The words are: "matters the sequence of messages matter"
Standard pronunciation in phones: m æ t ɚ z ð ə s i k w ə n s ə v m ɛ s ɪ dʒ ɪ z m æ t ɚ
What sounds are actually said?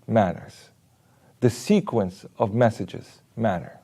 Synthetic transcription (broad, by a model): m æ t ɚ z ð ə s i k w ə n s ə v m ɛ s ɪ dʒ ɪ z m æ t ɚ